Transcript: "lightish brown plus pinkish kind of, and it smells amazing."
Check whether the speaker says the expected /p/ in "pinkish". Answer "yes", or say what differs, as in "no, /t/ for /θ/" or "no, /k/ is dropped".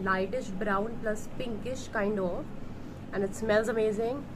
yes